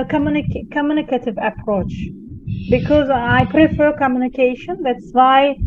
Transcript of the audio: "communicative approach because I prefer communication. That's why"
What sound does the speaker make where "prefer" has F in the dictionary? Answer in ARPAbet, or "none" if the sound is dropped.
F